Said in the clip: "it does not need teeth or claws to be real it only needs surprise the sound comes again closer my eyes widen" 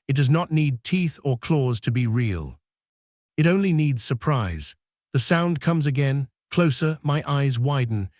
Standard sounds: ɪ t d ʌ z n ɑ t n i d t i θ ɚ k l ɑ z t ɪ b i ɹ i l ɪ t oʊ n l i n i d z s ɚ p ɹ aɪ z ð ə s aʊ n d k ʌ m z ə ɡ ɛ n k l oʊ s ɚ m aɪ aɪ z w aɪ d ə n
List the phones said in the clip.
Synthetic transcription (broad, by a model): ɪ t d ʌ z n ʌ t n i d t i θ ɚ k l ɑ z t ɪ b i ɹ i l ɪ t oʊ n l i n i d z s ɚ p ɹ aɪ z ð ə s aʊ n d k ʌ m z ə ɡ ɛ n k l oʊ s ɚ m aɪ aɪ z w aɪ d n